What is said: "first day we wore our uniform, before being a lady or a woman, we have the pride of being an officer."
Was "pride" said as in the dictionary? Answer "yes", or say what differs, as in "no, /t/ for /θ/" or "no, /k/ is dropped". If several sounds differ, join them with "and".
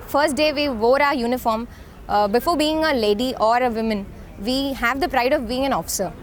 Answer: yes